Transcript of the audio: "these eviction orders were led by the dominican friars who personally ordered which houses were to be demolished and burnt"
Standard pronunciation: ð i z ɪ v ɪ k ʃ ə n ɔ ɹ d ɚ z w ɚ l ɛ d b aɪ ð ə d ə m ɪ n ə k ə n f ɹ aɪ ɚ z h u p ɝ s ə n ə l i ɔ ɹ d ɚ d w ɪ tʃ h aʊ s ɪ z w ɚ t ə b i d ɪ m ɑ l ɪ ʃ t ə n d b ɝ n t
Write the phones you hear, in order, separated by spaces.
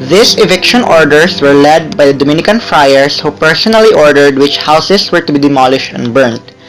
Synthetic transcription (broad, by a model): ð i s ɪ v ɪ k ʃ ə n ɔ ɹ d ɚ s w ɚ l ɛ d b aɪ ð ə d ə m ɪ n ə k ə n f ɹ aɪ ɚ s h u p ɝ s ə n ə l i ɔ ɹ d ɚ d w ɪ tʃ h aʊ s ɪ s w ɚ t ə b i d ɪ m ɑ l ɪ ʃ t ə n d b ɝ n t